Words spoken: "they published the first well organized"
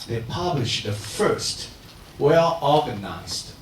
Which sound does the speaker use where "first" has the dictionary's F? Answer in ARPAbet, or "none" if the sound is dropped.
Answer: F